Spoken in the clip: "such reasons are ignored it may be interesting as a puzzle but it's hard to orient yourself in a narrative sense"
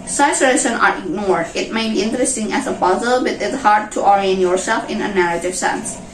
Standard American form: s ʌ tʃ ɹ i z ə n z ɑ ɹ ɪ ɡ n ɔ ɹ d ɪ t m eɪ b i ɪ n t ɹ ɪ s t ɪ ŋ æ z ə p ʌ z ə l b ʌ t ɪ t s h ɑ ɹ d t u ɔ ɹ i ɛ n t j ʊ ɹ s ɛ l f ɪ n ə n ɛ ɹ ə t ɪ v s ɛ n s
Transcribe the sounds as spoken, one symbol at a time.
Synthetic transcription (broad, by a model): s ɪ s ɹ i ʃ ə n ɑ ɹ ɪ ɡ n ɔ ɹ d ɪ t m eɪ b i ɪ n t ɹ ɪ s t ɪ ŋ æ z ə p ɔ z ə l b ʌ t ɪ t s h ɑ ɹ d t u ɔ ɹ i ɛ n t j ʊ ɹ s ɛ l f ɪ n ə n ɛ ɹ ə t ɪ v s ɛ n s